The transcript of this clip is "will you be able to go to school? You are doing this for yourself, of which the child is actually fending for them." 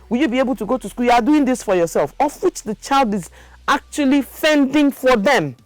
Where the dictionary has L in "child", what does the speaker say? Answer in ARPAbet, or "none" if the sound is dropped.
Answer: L